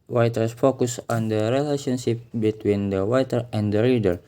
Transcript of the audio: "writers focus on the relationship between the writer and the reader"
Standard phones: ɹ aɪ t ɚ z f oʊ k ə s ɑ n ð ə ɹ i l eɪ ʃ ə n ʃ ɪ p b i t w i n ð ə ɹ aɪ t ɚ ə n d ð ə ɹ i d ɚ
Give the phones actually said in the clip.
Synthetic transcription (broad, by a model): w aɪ t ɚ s f oʊ k ə s ɑ n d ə ɹ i l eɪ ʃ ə n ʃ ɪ p b i t w i n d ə w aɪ t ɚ ə n d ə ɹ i d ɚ